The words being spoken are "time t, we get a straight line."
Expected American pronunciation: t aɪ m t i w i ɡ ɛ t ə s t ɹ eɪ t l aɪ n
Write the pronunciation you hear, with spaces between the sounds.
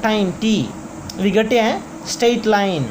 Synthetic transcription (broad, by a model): t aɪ m t i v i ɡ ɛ t ə s t eɪ t l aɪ n